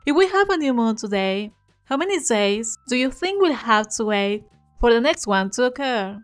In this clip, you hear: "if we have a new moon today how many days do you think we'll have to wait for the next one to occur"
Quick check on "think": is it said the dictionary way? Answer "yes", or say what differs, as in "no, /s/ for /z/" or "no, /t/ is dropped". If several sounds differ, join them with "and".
yes